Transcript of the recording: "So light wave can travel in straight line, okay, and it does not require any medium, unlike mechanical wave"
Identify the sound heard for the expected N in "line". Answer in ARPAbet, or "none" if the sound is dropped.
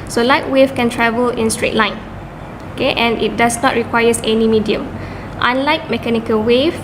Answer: N